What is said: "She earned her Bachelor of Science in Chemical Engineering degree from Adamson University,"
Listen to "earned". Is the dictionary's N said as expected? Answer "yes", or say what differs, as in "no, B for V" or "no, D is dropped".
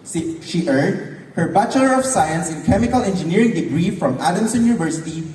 no, N is dropped